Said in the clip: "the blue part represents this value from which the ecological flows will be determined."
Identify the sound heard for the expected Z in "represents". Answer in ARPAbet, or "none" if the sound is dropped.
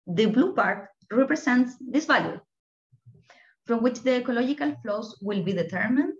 S